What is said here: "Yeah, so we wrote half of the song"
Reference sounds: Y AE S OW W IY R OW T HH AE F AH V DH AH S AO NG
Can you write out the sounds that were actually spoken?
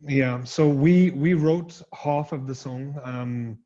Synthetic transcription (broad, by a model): Y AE S OW W IY R OW T HH AE F AH V DH AH S AO NG